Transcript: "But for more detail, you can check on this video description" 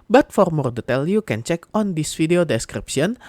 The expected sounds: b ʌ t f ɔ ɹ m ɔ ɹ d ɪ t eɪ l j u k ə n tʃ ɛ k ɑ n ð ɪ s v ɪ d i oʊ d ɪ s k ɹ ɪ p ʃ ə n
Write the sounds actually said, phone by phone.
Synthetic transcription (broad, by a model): b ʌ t f ɔ ɹ m ɔ ɹ d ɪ t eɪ l j u k ə n tʃ ɛ k ɑ n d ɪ s f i d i oʊ d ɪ s k ɹ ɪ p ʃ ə n